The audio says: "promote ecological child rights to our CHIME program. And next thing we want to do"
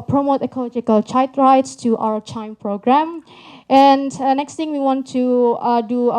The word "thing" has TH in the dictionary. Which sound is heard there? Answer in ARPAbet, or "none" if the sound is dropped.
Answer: T